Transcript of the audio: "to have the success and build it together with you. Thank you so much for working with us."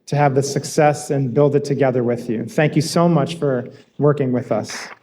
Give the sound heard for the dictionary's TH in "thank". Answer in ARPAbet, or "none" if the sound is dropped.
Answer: TH